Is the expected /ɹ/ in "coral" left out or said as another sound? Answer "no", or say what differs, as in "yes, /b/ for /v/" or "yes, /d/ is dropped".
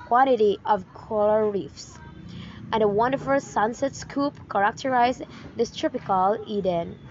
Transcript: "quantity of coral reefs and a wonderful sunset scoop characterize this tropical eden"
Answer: yes, /l/ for /ɹ/